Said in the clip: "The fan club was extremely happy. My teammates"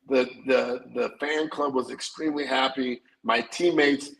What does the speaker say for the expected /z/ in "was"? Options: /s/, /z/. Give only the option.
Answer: /z/